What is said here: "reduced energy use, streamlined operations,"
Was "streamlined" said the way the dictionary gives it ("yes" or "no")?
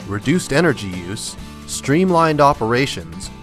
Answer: yes